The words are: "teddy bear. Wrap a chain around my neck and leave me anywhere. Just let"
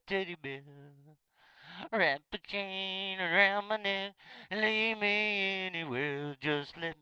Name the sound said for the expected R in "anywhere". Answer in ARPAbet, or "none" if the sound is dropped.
L